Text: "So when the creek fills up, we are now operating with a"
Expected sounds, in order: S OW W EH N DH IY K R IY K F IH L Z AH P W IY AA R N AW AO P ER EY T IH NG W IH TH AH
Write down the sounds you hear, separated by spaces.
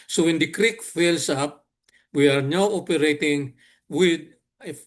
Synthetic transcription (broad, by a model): S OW W EH N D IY K R IY K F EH L S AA P W IY AA R N AW AO P ER EY T IH NG W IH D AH